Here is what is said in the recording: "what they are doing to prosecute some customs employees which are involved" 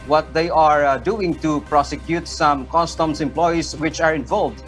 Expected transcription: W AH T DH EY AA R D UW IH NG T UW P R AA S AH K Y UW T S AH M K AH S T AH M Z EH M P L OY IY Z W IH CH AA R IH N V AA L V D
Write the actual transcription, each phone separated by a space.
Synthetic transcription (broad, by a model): W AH T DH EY AA R D UW IH NG T UW P R AA S AH K Y UW T S AH M K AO S T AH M S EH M P L OY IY S W IH CH AA R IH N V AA L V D